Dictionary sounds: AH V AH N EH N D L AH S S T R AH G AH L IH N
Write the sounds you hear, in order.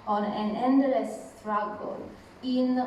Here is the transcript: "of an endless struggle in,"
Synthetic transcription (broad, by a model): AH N AH N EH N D AH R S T R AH G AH L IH N